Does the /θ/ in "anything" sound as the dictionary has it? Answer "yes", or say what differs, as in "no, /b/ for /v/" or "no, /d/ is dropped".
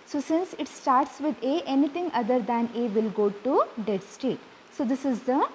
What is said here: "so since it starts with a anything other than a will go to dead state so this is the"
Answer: no, /t/ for /θ/